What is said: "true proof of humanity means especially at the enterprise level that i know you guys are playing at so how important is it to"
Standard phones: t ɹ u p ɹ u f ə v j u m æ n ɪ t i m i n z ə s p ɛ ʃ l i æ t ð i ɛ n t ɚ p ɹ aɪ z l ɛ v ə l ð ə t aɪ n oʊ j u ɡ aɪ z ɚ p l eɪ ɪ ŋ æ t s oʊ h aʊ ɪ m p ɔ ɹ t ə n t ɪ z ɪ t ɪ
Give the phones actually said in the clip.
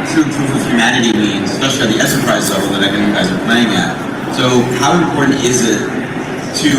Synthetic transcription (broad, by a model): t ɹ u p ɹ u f ə v j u m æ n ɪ t i m i n z ə s p ɛ ʃ l i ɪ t ð i ɛ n s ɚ p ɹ aɪ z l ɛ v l ð ə t aɪ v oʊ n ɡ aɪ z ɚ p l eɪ ɪ ŋ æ t s oʊ h aʊ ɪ m p ɔ ɹ t n t ɪ z ɪ t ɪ